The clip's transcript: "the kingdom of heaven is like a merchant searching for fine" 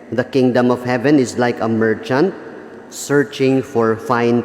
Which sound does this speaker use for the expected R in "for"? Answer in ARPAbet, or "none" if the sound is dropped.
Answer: R